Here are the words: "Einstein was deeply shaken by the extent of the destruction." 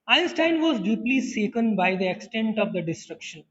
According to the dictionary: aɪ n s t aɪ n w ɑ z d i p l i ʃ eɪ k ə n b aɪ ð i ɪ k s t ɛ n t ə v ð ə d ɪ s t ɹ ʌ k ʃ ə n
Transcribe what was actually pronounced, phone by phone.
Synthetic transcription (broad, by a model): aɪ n s t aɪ n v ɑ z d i p l i s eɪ k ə n b aɪ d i ɪ k s t ɛ n t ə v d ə d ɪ s t ɹ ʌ k ʃ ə n